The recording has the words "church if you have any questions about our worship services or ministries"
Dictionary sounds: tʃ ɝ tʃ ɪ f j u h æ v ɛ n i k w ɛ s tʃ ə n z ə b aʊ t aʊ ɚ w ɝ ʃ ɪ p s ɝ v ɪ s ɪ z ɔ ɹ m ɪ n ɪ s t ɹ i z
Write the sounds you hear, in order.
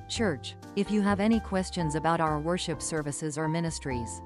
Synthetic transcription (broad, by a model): tʃ ɝ tʃ ɪ f j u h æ v ɛ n i k w ɛ s tʃ ə n z ə b aʊ t aʊ ɚ w ɝ ʃ ɪ p s ɝ v ɪ s ɪ z ɔ ɹ m ɪ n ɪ s t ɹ i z